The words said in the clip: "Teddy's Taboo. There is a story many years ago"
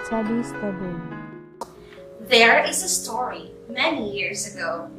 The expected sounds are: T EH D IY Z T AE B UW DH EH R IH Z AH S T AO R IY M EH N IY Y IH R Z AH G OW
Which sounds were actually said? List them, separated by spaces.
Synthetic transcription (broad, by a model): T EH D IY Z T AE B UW DH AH R IH Z AH S T AO R IY M EH N IY Y IH R Z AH G OW